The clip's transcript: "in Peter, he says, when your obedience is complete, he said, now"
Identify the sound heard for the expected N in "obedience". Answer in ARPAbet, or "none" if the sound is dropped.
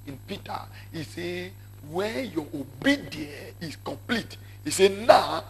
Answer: none